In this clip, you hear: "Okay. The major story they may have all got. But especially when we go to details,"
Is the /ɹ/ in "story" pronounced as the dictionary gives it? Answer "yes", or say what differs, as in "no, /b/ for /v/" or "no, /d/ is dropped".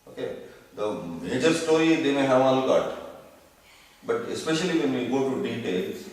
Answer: no, /ɹ/ is dropped